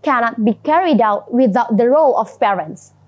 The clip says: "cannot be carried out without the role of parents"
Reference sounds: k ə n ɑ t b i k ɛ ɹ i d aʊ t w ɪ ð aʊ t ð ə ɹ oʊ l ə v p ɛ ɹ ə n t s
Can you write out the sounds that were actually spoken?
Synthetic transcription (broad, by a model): k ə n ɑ t b i k ɛ ɹ i d aʊ t w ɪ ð aʊ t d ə ɹ oʊ l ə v p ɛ ɹ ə n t s